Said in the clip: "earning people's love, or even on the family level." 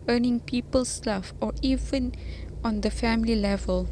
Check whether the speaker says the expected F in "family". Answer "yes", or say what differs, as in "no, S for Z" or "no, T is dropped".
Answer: yes